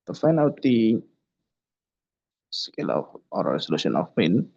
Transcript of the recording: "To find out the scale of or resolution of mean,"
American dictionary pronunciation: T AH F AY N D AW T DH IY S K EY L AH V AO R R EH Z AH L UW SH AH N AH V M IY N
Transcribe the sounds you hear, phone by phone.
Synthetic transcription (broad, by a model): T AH F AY N AW T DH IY S K EY L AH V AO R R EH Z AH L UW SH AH N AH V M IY N